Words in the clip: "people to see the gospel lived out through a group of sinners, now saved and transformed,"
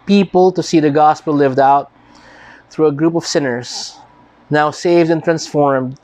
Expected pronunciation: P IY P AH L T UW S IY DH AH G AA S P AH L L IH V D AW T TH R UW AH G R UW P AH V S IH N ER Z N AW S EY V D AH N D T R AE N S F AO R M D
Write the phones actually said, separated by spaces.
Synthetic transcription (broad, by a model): P IY P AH L T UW S IY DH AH G AA S P AH L L IH V D AW T TH R UW AH G R UW P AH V S IH N ER S N AW S EY V D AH N T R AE N S F AO R M D